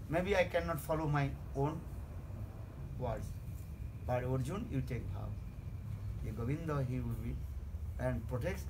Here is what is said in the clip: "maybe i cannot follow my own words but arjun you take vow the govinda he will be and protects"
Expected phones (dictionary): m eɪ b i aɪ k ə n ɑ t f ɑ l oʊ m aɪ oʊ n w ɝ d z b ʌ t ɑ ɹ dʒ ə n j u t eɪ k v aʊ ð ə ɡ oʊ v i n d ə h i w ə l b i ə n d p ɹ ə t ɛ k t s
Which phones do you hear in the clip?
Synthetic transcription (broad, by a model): m eɪ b i aɪ k ə n ɑ t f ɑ l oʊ m aɪ oʊ n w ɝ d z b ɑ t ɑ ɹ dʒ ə n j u t eɪ k p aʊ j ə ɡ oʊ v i n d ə h i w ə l b i ə n d p ɹ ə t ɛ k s